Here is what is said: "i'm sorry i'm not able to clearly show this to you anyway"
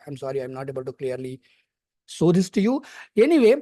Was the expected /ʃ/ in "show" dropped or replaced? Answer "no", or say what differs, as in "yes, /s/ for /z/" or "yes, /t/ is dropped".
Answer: yes, /s/ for /ʃ/